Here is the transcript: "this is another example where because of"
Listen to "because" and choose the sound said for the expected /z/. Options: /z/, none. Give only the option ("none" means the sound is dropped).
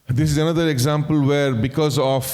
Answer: /z/